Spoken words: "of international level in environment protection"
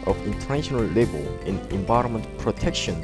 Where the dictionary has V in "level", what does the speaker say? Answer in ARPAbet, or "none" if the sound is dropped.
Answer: B